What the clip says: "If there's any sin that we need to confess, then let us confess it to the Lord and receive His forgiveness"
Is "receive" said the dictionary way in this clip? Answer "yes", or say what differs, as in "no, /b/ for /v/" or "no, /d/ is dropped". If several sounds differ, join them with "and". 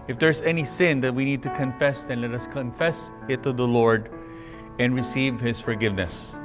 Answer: yes